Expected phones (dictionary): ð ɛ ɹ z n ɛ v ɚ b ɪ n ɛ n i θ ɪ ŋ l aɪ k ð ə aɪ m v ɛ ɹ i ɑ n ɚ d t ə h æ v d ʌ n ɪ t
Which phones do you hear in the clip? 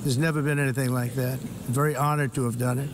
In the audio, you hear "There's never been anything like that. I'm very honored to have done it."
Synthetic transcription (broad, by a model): ð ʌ ɹ z n ɛ v ɚ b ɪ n ɛ n i θ ɪ ŋ l aɪ k ð ə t v ɛ ɹ i ɑ n ɚ d t ə v d ʌ n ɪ t